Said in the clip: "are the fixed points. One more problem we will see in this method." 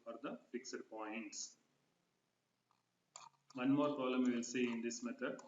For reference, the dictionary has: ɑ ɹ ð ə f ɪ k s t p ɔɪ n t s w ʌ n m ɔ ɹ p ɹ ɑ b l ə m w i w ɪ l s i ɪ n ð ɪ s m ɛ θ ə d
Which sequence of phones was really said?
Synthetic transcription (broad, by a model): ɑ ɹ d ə f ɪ k s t p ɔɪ n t s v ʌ n m ɔ ɹ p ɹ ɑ l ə m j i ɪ l s i ɪ n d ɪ s m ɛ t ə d